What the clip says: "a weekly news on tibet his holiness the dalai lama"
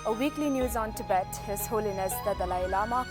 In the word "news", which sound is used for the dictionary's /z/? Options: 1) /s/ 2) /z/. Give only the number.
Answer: 2